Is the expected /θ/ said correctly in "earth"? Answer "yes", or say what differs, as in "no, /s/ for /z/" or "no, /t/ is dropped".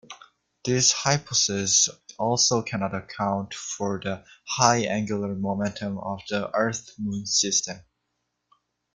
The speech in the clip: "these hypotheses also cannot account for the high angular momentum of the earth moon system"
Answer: yes